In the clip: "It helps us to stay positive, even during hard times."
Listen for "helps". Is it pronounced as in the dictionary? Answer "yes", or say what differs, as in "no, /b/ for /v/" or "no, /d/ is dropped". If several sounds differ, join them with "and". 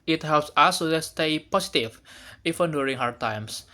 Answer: yes